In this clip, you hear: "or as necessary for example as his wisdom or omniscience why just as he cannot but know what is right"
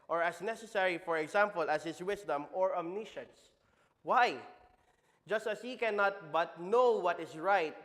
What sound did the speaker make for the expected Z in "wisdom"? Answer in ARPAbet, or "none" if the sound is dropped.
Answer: S